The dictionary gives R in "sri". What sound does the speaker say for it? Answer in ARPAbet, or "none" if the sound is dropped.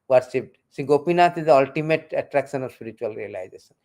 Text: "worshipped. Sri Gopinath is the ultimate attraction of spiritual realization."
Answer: none